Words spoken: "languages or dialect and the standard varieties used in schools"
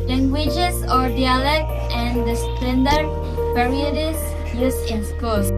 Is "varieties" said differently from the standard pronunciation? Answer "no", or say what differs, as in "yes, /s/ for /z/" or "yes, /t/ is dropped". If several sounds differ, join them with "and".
yes, /p/ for /v/ and /s/ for /z/